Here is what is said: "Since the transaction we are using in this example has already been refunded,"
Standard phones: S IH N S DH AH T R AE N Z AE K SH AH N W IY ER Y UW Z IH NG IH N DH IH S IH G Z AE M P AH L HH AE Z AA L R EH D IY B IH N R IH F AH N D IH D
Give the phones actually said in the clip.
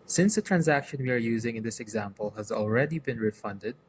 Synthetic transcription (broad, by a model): S IH N S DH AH T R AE N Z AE K SH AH N W IY ER Y UW Z IH NG IH N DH IH S IH G Z AE M P AH L HH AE Z AA L R EH D IY B IH N R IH F AH N D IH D